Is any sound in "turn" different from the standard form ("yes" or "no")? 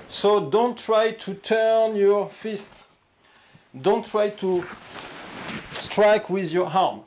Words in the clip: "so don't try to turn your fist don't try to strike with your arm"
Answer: no